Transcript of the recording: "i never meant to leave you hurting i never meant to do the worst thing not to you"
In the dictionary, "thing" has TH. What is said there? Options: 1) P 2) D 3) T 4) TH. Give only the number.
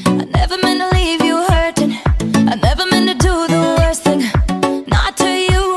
4